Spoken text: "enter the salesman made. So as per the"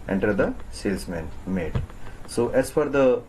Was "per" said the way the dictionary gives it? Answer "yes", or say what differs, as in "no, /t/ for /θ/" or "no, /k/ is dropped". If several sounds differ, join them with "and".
no, /f/ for /p/